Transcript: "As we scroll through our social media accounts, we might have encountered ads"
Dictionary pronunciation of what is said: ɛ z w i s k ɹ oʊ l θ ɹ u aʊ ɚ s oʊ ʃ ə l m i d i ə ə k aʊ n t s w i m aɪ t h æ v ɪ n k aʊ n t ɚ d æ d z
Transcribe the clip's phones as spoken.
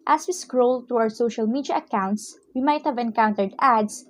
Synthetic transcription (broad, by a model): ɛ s w i s k ɹ oʊ l t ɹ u aʊ ɚ s oʊ ʃ ə l m i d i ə ə k aʊ n t s w i m aɪ t h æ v ɪ n k aʊ n t ɚ d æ d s